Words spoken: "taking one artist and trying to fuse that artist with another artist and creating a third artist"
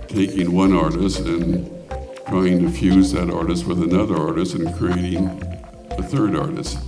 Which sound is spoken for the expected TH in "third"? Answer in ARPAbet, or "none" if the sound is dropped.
TH